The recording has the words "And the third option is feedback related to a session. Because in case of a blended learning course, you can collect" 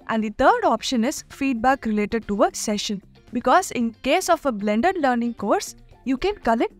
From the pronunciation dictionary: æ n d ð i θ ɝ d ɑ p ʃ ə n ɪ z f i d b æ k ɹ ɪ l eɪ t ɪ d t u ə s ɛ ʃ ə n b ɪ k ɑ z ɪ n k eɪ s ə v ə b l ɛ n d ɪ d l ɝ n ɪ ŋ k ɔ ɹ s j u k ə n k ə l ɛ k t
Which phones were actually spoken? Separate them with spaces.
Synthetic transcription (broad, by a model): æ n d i t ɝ d ɑ p ʃ ə n ɪ z f i d b æ k ɹ ɪ l eɪ t ɪ d t u ə s ɛ ʃ ə n b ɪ k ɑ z ɪ n k eɪ s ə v ə b l ɛ n d ɪ d l ɝ n ɪ ŋ k ɔ ɹ s j u k ə n k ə l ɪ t